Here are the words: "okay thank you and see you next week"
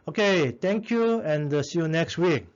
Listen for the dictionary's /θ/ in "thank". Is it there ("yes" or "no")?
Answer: no